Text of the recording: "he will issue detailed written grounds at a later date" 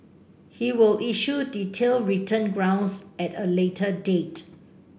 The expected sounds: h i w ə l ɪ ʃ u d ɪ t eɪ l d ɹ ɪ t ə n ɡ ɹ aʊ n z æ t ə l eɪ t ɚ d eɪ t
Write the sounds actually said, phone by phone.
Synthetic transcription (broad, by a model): h i w ə l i ʃ u d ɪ t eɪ l ɹ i t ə n ɡ ɹ aʊ n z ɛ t ə l eɪ t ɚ d eɪ t